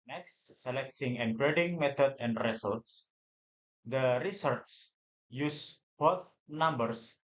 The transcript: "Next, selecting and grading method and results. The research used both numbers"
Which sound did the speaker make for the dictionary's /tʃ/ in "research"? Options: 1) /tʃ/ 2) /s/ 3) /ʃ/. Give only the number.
2